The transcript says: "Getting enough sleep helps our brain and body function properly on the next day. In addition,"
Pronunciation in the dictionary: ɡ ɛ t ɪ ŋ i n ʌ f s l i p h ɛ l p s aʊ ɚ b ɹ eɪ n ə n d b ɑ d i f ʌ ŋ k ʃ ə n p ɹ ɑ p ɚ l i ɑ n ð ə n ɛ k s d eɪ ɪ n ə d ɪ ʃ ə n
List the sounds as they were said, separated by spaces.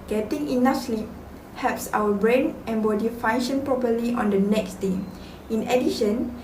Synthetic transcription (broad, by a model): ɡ ɛ t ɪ ŋ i n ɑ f s l i p h ɛ p s aʊ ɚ b ɹ eɪ n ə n b ɑ d i f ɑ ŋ ʃ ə n p ɹ ɑ p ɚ l i ɑ n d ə n ɛ k s d eɪ ɪ n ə d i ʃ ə n